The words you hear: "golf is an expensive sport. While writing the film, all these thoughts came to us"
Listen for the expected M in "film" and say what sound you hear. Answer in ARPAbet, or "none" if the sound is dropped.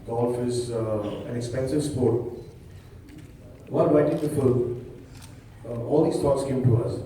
none